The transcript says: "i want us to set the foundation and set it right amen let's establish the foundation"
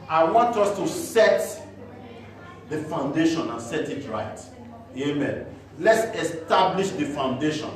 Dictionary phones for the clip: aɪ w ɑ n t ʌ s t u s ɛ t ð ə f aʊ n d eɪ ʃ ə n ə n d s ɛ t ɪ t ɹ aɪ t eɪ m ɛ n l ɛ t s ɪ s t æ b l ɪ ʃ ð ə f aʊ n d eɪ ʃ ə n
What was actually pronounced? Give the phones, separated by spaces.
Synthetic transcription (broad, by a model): aɪ w ɑ n t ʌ s t u s ɛ t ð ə f aʊ n d eɪ ʃ ə n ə n s ɛ t ɪ t ɹ aɪ t eɪ m ɛ n l ɛ t s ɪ s t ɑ b l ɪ ʃ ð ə f aʊ n d eɪ ʃ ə n